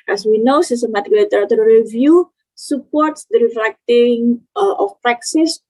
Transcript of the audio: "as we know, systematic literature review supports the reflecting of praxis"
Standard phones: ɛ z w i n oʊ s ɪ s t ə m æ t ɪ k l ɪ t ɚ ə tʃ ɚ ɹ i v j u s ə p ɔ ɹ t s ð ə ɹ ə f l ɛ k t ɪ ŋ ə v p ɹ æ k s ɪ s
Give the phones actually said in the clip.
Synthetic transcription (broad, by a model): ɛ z w i n oʊ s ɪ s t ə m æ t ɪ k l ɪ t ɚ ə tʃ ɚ ɹ i v j u s ə p ɔ ɹ t s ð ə ɹ ə f l ɛ k t ɪ ŋ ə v p ɹ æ k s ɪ s